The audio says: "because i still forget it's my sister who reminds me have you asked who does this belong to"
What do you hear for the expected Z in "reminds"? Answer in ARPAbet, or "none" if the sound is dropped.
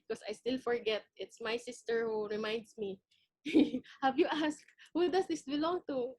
S